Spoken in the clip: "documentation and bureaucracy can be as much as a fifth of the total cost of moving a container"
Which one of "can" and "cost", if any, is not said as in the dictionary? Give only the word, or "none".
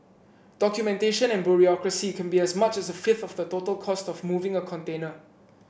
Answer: none